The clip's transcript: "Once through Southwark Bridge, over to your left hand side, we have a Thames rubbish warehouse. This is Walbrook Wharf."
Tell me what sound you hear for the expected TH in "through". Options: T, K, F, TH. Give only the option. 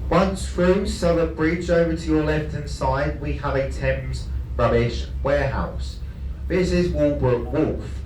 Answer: F